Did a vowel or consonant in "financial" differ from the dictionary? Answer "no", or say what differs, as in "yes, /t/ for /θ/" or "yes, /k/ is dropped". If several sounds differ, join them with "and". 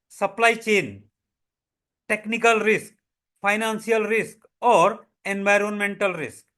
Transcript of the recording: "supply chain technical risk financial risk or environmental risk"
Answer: yes, /s/ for /ʃ/